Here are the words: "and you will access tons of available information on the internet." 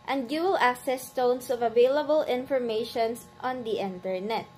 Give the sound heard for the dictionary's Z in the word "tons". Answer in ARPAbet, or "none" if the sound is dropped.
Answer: S